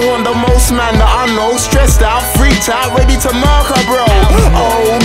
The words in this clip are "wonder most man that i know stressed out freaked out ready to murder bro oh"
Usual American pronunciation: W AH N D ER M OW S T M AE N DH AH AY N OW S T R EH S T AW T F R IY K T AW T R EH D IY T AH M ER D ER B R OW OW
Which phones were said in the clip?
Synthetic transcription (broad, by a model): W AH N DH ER M OW S T M AE N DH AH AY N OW S T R EH S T AW T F R IY T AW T R EH D IY T AH M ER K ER B R OW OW